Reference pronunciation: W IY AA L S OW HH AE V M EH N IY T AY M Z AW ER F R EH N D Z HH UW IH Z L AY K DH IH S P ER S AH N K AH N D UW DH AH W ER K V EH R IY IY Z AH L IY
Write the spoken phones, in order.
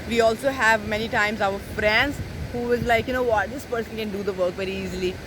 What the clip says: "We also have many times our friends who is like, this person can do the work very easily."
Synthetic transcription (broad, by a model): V IY AA L S OW HH AE V M EH N IY T AY M Z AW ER F R EH N D Z HH UW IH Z L AY K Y IH S P ER S AH N K AH N D UW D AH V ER K V EH R IY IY Z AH L IY